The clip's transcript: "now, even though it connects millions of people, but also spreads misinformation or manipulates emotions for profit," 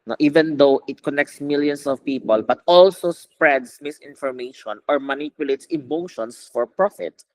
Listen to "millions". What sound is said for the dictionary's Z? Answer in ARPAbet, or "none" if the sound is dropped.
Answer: S